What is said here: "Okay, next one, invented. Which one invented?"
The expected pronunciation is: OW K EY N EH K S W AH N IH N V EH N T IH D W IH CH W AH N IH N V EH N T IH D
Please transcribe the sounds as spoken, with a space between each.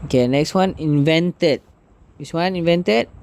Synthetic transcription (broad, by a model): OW K EY N EH K S W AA N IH N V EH N T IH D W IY S W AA N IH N V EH N T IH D